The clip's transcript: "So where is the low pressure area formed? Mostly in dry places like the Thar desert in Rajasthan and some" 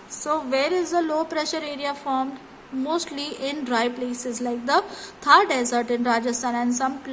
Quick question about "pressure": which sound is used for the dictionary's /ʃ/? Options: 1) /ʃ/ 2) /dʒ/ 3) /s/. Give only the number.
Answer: 1